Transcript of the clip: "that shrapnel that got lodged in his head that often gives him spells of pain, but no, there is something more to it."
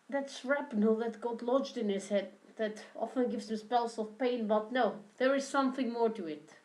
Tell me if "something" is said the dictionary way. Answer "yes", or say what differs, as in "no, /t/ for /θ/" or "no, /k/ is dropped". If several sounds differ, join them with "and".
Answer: yes